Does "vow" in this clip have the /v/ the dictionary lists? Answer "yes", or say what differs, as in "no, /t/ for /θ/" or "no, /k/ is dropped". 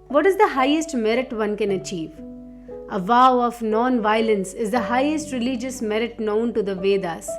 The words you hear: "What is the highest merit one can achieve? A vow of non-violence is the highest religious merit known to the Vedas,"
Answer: yes